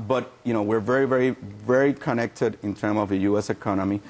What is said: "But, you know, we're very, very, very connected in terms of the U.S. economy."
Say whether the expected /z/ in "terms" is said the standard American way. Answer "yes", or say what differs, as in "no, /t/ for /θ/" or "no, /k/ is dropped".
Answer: no, /z/ is dropped